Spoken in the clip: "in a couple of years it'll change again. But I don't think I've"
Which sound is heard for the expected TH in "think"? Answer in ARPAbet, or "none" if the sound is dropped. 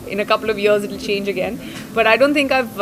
T